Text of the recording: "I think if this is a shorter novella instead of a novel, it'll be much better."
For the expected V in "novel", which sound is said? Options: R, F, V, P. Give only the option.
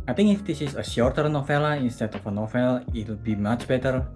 F